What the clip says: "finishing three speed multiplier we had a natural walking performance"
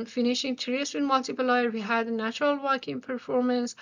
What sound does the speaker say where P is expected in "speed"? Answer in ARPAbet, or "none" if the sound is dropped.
none